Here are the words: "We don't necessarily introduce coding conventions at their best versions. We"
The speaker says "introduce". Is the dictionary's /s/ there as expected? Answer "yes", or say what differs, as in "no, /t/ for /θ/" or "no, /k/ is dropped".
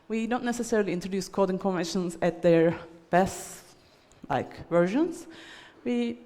yes